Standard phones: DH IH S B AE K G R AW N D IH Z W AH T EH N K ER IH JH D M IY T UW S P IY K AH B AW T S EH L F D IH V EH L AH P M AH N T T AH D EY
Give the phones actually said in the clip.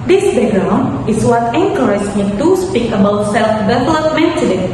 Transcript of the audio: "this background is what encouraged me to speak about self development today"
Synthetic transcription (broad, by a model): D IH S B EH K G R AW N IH S W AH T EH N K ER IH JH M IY T UW S P IY K AH B AW T S EH L F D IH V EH L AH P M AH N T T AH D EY